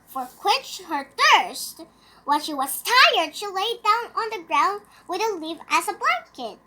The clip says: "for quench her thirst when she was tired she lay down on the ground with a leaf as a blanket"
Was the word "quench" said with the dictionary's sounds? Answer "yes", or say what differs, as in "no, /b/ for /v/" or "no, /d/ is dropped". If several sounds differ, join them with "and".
no, /n/ is dropped